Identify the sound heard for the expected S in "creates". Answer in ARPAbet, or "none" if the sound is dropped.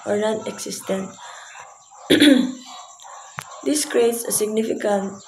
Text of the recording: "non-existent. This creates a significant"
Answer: S